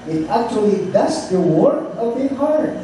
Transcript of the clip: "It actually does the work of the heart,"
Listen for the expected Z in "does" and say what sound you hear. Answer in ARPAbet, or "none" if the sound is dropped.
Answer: S